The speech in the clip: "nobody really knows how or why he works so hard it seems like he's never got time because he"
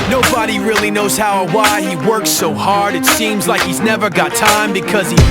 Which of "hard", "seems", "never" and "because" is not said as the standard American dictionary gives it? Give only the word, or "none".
none